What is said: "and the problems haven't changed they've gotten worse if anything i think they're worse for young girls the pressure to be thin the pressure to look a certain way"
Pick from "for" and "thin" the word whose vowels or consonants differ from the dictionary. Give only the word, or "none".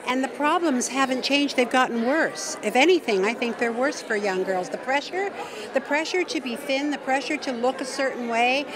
none